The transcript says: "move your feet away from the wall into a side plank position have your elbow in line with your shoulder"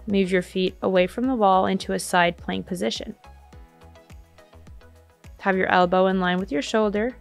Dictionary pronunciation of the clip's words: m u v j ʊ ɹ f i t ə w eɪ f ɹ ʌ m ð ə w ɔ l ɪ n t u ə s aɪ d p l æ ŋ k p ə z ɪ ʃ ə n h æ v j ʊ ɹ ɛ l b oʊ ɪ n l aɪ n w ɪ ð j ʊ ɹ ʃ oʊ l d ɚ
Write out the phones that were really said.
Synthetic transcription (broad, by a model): m u v j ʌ ɹ f i t ə w eɪ f ɹ ʌ m ð ə w ɔ l ɪ n t u ə s aɪ d p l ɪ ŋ p ə z ɪ ʃ ə n h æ v j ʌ ɹ ɛ l b oʊ ɪ n l aɪ n w ɪ ð j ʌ ɹ ʃ oʊ l d ɚ